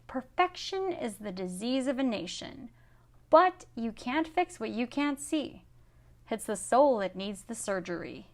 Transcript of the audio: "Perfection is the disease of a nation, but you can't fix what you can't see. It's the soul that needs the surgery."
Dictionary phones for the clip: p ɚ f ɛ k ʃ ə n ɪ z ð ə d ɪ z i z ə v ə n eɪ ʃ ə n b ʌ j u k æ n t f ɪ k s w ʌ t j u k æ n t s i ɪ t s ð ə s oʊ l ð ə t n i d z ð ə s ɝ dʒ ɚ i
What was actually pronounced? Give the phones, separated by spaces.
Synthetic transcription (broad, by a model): p ɚ f ɛ k ʃ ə n ɪ z ð ə d ɪ z i z ə v ə n eɪ ʃ ə n b ʌ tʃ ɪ k æ n t f ɪ k s w ʌ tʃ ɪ k æ n t s i ɪ t s ð ə s oʊ l ð ə t n i d z ð ə s ɝ dʒ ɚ i